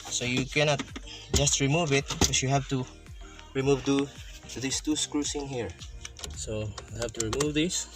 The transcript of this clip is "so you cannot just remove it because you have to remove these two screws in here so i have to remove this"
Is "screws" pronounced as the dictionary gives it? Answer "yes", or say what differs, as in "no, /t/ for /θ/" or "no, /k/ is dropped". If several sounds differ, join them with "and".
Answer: no, /s/ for /z/